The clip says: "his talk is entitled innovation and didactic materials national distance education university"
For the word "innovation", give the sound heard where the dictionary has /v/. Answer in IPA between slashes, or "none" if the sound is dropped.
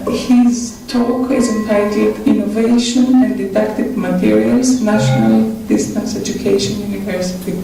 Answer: /v/